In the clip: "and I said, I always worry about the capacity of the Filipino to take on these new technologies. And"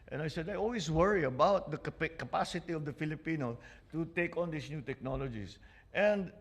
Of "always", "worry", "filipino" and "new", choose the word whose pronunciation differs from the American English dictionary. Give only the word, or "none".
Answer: always